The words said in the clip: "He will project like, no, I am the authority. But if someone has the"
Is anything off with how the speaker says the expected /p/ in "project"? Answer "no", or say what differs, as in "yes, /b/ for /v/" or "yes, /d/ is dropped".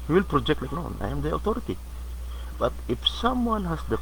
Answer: no